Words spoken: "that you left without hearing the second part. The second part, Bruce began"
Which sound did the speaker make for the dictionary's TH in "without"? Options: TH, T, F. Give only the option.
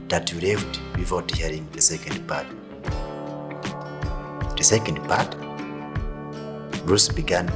F